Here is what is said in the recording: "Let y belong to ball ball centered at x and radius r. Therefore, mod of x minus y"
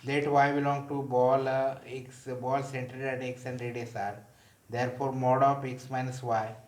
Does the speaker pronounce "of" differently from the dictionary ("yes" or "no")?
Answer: yes